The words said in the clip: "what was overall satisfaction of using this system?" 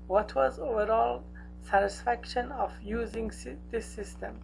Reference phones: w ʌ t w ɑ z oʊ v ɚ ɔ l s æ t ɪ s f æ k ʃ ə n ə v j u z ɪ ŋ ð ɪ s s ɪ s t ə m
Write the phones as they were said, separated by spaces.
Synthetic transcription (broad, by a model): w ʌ t w ɑ z oʊ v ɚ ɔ l s æ t ɪ s f æ k ʃ ə n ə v j u z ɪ ŋ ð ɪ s s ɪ s t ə m